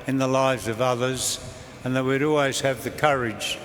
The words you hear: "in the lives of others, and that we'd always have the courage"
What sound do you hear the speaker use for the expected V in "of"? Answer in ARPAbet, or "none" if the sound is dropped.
V